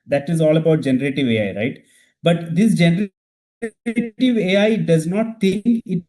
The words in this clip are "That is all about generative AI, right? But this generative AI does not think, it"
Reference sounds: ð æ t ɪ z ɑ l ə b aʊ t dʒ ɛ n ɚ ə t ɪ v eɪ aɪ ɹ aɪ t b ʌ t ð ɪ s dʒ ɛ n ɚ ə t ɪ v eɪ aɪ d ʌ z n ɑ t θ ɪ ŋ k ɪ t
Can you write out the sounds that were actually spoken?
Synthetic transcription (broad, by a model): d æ t ɪ z ɑ l ə b aʊ t dʒ ɛ n ɚ ə t ɪ v eɪ aɪ ɹ aɪ t b ʌ t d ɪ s dʒ ɛ n ɚ ə t ɪ v eɪ aɪ d ʌ z n ɑ t t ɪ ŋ k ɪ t